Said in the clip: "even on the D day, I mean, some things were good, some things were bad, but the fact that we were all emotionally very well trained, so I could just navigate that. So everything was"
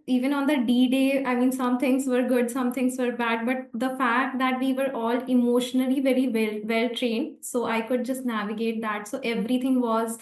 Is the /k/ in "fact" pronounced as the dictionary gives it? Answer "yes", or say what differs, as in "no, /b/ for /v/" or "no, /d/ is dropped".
yes